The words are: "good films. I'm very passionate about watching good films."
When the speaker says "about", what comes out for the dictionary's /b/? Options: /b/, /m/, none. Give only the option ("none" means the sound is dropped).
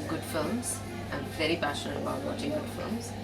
none